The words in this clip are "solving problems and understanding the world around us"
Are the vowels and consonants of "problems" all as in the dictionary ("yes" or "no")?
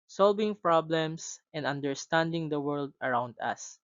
no